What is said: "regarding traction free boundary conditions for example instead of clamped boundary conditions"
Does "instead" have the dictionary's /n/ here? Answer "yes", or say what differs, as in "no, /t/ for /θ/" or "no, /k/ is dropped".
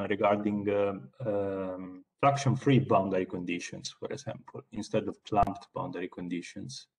yes